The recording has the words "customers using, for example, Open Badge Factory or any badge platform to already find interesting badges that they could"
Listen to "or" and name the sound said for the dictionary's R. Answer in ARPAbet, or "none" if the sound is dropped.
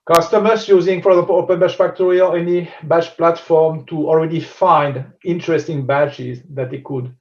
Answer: L